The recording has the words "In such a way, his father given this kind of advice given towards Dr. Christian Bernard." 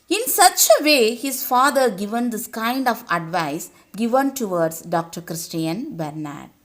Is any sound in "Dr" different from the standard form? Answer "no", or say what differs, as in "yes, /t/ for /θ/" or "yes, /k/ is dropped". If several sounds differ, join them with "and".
no